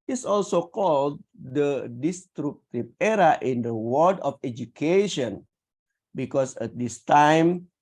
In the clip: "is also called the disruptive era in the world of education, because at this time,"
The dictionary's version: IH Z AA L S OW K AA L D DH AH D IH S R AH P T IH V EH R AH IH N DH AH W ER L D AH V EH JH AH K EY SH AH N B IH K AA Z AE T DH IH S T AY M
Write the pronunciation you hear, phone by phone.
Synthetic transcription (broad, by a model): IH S AA L S OW K AA L D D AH D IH S R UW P T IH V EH R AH IH N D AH W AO D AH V EH JH AH K EY SH AH N B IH K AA S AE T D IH S T AY M